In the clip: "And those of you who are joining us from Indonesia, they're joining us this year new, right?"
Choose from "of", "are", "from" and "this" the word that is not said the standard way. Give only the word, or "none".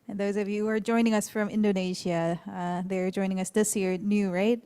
none